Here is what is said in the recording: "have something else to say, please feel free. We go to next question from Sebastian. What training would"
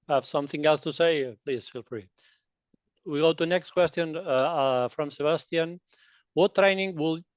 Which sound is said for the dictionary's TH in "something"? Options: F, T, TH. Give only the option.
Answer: TH